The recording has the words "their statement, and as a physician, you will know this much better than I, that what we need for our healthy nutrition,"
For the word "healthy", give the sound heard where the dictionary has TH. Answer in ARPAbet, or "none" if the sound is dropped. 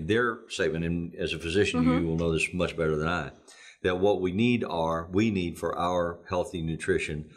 TH